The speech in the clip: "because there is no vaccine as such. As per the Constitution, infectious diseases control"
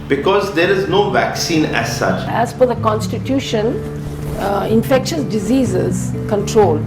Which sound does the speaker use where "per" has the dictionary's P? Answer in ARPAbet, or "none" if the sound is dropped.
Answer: F